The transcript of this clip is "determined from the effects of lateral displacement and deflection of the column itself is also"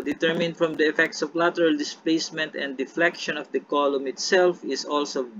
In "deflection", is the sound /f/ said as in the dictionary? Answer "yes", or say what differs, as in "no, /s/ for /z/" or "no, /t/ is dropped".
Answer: yes